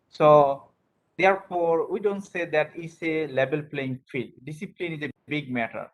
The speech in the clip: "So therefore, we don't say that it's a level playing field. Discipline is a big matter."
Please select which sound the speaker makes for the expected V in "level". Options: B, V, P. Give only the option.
B